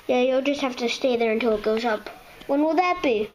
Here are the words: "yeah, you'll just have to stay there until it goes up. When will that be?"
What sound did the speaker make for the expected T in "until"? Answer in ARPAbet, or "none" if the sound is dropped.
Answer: T